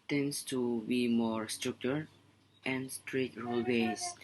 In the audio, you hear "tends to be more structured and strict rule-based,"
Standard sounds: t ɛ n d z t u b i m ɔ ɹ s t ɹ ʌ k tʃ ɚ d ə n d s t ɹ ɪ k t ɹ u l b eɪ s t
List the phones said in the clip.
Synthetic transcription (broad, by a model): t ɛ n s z t u b i m ɔ ɹ s t ɹ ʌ k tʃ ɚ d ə n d s t ɹ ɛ t ɹ u l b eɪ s